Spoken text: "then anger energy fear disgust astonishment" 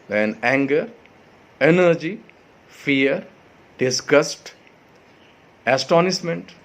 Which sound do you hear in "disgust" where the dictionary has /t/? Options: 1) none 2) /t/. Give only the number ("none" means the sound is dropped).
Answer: 2